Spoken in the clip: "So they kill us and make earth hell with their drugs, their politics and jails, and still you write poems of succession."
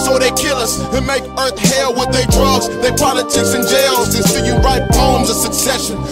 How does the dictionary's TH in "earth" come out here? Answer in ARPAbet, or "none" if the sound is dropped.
TH